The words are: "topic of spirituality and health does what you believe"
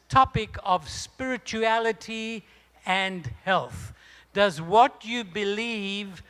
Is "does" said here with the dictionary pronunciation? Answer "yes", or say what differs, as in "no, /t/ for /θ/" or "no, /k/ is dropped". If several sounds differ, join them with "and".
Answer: yes